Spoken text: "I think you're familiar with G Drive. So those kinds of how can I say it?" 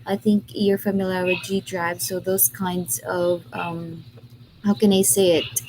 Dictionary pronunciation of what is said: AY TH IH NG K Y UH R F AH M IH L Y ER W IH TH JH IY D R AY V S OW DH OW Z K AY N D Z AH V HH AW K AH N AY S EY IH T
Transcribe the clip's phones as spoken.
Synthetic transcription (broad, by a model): AY TH IH NG K Y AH R F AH M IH L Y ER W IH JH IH D R AY V S OW DH OW Z K AY N D Z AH V HH AW K AH N AY S EY IH T